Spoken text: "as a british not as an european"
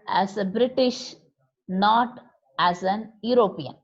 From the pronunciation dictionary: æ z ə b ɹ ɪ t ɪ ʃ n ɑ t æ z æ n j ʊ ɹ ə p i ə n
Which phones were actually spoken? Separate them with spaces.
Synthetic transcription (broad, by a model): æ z ə b ɹ ɪ t ɪ ʃ n ɑ t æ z æ n j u ɹ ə p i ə n